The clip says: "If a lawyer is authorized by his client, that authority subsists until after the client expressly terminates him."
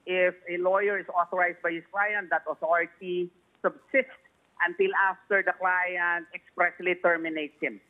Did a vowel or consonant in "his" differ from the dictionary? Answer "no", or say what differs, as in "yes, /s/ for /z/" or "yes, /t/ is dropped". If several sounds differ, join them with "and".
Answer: yes, /s/ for /z/